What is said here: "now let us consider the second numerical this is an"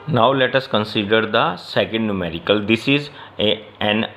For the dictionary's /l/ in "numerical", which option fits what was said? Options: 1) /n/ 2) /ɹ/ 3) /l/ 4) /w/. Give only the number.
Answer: 3